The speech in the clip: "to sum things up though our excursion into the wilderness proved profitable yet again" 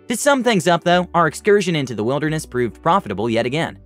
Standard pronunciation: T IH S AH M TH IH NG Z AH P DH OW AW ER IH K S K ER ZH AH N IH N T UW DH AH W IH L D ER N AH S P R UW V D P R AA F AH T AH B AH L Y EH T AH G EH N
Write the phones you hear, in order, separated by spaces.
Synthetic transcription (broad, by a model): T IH S AH M TH IH NG Z AH P DH OW AW ER IH K S K ER ZH AH N IH N T UW DH AH W IH L D ER N AH S P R UW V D P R AA F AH T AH B L Y EH T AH G EH N